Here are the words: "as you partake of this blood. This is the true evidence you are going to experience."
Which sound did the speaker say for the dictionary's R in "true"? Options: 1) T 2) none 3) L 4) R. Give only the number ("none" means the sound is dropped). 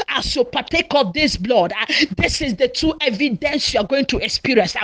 2